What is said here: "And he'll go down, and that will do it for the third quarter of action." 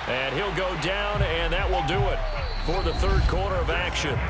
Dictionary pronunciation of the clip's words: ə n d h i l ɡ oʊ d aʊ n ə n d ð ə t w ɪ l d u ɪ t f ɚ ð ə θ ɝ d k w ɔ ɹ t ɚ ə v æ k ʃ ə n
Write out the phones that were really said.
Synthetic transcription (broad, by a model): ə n h i l ɡ oʊ d aʊ n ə n ð ə t w ɪ l d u ɪ t f ɚ ð ə θ ɝ d k w ɔ ɹ t ɚ ə v æ k ʃ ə n